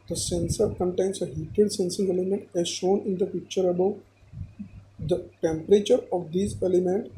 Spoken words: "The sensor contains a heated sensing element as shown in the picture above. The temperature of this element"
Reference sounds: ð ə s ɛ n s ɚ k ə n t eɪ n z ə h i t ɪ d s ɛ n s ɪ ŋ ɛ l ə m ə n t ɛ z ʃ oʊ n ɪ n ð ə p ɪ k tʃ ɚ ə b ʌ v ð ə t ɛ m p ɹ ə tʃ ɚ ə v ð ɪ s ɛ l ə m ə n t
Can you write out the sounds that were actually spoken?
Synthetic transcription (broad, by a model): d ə s ɛ n s ɚ k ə n t eɪ n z ə h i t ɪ d s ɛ n s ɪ ŋ ɛ l ə m ə n t ɛ z ʃ oʊ n ɪ n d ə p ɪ k tʃ ɚ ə b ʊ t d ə t ɛ m p ɹ ə tʃ ɚ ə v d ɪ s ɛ l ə m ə n t